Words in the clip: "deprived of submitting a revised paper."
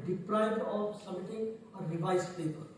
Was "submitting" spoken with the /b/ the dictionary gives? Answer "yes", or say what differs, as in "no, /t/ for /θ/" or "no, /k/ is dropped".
no, /b/ is dropped